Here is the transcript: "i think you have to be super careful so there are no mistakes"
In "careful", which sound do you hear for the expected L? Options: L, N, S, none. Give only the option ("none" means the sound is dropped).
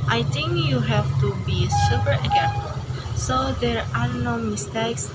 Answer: N